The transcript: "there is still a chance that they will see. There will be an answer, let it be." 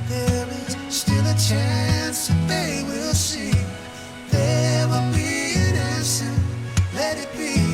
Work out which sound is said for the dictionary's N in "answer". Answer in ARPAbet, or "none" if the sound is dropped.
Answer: none